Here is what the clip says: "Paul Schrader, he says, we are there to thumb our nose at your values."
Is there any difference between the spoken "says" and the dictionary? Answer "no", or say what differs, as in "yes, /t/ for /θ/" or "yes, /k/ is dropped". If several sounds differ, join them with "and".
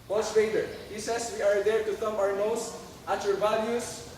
yes, /s/ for /z/